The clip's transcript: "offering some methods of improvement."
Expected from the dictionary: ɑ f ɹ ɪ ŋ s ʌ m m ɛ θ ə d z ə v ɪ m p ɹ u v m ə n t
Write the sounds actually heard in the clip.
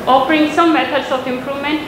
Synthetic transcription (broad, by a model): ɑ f ɹ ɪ ŋ s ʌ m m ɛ t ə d s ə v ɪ m p ɹ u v m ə n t